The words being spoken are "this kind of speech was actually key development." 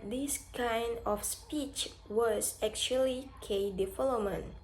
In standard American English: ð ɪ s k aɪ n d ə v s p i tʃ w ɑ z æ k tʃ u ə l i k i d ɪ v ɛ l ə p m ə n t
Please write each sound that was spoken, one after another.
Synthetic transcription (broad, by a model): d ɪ s k aɪ n d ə f s p i tʃ w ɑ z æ k tʃ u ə l i k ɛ d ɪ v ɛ l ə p m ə n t